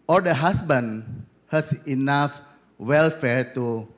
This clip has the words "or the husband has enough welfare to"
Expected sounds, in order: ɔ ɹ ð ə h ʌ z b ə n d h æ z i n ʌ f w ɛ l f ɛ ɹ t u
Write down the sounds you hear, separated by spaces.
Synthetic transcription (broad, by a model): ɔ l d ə h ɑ s b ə n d h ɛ s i n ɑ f w ɛ l f ɛ ɹ t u